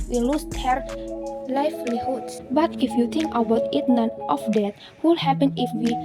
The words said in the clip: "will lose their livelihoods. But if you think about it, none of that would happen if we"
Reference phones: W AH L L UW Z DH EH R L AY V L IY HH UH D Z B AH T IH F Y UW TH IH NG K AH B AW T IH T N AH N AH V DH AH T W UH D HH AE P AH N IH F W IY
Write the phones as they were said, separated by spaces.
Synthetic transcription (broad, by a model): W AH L L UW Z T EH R L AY F L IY HH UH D S B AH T IH F Y UW T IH NG K AH B AW T IH T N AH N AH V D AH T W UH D HH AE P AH N IH F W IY